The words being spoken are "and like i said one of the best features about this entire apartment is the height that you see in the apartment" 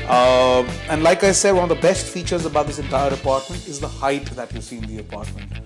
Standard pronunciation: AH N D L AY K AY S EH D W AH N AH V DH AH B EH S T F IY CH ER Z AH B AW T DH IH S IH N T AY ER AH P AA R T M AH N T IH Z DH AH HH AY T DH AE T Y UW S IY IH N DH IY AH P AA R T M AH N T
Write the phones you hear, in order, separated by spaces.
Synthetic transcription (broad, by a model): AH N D L AY K AY S EH D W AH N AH V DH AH B EH S T F IY CH ER Z AH B AW T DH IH S IH N T AY ER AH P AA R T M AH N T IH Z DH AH HH AY T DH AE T Y UW S IY IH N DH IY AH P AA R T M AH N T